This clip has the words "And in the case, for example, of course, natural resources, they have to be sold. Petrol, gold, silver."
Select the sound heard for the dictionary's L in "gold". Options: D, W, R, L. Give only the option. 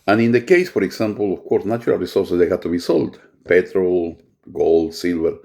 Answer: L